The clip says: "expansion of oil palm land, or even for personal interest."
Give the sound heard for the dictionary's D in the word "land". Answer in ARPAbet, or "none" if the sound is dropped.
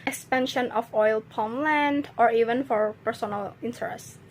D